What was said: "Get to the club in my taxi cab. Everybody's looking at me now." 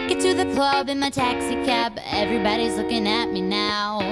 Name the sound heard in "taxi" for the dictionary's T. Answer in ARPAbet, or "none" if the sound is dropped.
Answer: T